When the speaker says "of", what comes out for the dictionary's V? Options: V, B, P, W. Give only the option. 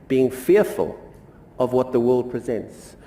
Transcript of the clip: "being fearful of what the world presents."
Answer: V